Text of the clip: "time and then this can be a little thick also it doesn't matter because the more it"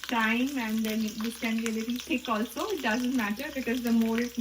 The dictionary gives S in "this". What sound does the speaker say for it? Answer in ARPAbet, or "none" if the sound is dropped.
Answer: none